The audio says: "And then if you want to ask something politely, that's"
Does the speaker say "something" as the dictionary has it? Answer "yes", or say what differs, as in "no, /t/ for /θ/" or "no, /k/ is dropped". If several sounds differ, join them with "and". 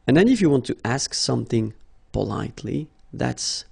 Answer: yes